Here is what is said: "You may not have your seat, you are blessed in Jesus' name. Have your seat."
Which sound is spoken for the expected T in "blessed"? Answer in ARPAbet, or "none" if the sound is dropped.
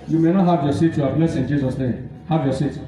none